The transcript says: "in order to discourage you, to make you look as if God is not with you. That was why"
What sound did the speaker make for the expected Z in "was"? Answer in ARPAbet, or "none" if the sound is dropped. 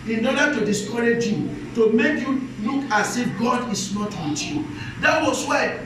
S